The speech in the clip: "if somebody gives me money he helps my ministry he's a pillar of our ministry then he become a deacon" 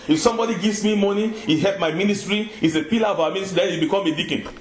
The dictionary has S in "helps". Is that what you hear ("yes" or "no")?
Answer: no